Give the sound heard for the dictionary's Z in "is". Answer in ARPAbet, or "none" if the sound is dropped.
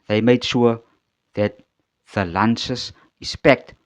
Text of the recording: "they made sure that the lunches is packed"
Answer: S